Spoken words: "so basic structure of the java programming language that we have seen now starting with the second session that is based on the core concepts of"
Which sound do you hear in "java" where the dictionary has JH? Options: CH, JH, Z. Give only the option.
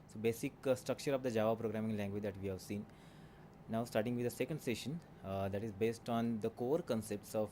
JH